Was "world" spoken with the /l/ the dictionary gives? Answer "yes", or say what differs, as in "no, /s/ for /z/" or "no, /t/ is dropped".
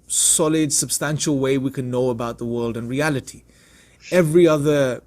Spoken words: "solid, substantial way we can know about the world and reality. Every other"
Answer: yes